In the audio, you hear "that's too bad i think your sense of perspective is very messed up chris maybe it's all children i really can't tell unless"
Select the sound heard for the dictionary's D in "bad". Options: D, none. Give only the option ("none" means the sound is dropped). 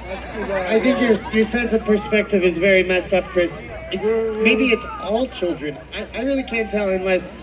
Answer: none